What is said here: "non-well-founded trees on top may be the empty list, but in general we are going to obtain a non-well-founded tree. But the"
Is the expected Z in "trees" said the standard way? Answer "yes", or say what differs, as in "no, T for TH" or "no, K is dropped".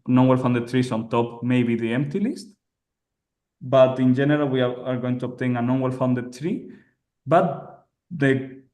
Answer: no, S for Z